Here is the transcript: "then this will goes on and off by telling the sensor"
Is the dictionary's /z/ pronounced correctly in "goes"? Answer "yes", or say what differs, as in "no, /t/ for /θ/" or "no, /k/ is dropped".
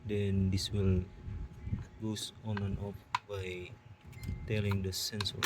no, /s/ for /z/